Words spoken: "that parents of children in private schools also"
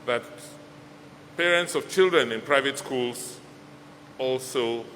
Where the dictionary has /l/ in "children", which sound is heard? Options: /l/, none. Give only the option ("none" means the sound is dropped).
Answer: /l/